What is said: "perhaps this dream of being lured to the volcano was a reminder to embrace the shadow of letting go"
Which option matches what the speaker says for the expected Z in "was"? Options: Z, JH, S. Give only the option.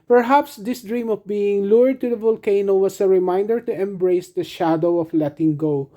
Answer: S